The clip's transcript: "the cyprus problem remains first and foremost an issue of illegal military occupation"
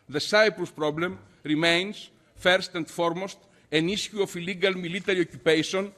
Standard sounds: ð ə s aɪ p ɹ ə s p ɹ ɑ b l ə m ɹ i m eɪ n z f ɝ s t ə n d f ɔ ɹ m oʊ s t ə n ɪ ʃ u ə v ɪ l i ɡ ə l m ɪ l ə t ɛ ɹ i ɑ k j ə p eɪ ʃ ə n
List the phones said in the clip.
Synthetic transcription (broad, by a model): ð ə s aɪ p ɹ ə s p ɹ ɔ b l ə m ɹ i m eɪ n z f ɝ s t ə n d f ɔ ɹ m oʊ s t ə n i s u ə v ɪ l i ɡ ə l m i l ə t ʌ ɹ i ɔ k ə p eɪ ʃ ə n